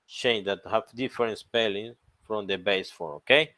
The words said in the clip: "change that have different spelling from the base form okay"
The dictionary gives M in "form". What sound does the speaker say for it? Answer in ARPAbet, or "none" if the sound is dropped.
none